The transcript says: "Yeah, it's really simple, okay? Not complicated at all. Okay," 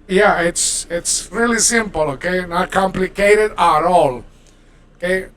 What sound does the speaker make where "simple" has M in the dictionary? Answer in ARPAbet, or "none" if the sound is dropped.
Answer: M